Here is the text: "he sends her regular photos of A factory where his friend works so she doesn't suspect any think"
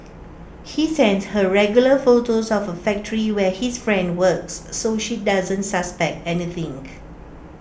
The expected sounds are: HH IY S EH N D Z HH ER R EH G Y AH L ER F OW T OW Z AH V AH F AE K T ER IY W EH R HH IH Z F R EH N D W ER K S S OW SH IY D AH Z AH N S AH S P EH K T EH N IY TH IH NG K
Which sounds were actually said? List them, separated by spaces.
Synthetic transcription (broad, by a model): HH IY S EH N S HH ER R EH G Y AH L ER F OW T OW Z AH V AH F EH K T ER IY W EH HH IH S F R EH N D W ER K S S OW SH IY D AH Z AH N S AH S P EH K T EH N IY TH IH NG